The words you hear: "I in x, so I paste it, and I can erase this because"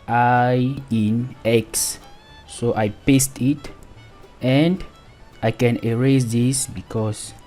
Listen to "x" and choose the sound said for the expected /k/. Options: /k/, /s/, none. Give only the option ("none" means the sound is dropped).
/k/